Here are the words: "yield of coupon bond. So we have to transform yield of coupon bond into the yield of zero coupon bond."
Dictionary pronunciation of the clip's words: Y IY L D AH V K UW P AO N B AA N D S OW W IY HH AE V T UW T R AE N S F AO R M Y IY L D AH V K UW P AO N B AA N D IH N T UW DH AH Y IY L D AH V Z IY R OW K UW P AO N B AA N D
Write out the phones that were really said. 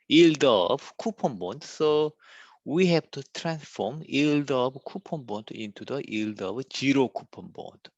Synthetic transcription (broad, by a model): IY L D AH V K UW P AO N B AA N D S OW W IY HH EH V T UW T R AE N S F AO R M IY L D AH B K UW P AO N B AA N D IH N T UW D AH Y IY L D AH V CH IY R OW K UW P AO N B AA N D